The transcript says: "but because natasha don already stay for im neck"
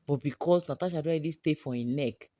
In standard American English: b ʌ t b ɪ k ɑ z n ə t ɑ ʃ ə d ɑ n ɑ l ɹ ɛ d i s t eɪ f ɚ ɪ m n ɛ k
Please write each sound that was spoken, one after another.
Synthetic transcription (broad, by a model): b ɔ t b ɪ k ɑ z n ə t ɑ ʃ ə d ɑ ɑ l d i s t eɪ f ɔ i n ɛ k